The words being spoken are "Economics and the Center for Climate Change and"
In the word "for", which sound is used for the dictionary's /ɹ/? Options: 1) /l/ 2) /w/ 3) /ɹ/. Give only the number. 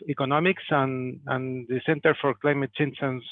3